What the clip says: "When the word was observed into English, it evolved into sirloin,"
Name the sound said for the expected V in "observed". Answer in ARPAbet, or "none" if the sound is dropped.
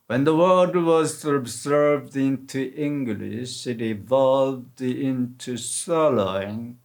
V